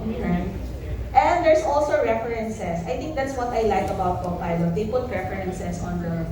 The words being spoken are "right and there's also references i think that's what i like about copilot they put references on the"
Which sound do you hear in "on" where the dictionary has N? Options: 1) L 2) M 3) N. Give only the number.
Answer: 3